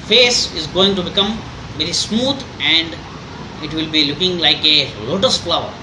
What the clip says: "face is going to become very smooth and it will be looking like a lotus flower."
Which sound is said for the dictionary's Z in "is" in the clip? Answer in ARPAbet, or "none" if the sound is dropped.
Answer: Z